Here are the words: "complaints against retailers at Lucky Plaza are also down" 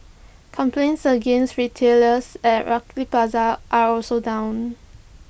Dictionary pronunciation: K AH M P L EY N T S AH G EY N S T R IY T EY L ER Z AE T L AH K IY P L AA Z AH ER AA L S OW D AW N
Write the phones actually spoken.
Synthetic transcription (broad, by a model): K AH M P L EY N T S AH G EY N S T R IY T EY L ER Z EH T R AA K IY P AA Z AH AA AA L S OW D AW N